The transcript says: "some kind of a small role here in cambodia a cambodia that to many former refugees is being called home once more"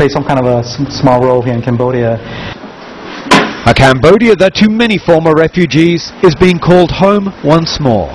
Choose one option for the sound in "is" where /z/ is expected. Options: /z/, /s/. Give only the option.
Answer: /z/